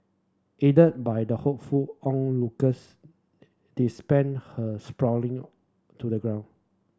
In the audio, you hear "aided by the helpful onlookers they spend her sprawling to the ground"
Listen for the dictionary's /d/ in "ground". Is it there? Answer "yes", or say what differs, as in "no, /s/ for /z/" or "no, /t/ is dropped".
no, /d/ is dropped